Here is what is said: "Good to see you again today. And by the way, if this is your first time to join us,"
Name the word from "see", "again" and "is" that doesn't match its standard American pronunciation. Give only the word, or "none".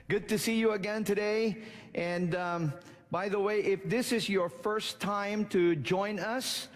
none